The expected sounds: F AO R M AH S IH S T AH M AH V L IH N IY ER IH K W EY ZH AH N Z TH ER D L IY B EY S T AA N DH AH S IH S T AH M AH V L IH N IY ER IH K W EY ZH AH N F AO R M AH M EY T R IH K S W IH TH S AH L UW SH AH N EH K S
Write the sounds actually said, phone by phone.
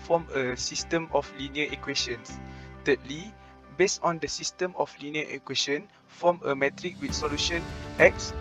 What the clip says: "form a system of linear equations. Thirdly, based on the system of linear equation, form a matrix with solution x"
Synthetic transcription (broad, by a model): F AO M AH S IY S T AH M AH F L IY N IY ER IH K W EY SH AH N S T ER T L IY B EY S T AA N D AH S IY S T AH M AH F L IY N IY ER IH K W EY SH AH N F AO M AH M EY T R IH K W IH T S AH L UW SH AH N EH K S